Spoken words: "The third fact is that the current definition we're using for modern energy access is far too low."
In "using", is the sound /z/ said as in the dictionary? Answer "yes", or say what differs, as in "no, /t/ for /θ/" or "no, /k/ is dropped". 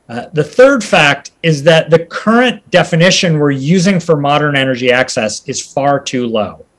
yes